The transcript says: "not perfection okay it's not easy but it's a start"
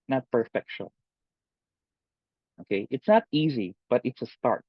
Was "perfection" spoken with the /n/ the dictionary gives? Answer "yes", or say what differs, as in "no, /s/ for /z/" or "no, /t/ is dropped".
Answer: no, /n/ is dropped